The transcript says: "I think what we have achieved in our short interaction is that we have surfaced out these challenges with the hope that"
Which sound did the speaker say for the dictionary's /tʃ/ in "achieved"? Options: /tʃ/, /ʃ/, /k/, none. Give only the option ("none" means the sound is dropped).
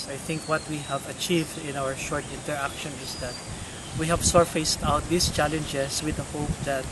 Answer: /tʃ/